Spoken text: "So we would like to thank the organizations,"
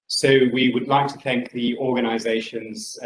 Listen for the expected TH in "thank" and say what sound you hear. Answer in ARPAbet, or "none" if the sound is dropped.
TH